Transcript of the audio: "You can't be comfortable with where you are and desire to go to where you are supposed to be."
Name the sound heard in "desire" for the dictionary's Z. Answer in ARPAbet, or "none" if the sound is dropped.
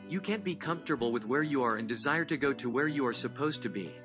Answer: Z